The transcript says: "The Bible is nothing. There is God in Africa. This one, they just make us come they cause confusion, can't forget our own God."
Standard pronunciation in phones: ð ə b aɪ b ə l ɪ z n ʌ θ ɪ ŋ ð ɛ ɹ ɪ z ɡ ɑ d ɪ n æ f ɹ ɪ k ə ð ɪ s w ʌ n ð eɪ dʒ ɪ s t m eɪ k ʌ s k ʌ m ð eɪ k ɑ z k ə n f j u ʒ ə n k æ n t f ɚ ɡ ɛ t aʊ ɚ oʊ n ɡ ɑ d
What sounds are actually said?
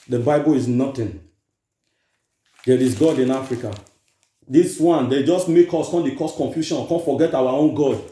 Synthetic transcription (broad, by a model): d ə b aɪ b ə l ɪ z n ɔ t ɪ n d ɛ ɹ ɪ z ɡ ɑ d ɪ n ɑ f ɹ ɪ k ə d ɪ s w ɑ n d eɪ dʒ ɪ s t m eɪ k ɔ s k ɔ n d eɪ k ɑ s k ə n f j u ʃ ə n k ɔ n f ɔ ɡ ɛ t aʊ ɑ oʊ n ɡ ɑ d